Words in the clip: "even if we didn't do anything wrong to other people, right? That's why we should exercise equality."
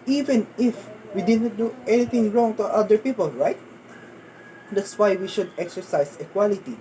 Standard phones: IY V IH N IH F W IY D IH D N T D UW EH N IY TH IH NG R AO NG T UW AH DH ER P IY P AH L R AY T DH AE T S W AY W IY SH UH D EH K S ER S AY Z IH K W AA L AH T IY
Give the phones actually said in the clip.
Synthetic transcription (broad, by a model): IY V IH N IH F W IY D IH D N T D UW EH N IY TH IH NG R AO NG T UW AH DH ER P IY P AH L R AY T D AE T S W AY W IY SH UH D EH K S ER S AY S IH K W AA L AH T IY